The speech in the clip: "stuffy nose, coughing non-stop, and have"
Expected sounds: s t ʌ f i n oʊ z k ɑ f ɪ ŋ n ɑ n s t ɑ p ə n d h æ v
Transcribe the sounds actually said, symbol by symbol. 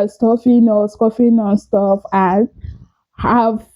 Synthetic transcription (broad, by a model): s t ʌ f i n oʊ s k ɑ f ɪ n ɑ n s t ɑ f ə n h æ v